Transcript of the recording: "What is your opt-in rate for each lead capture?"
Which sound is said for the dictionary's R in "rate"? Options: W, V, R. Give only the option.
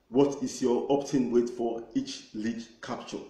W